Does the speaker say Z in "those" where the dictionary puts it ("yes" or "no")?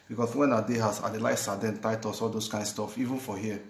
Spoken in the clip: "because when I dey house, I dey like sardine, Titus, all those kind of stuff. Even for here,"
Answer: no